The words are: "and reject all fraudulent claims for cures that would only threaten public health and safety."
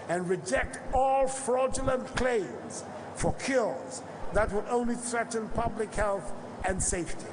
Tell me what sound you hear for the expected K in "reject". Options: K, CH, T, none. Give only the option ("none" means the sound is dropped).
K